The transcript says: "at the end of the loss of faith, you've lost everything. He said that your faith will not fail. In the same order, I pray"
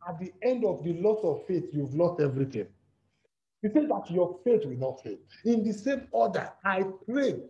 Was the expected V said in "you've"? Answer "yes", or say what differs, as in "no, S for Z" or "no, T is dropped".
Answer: yes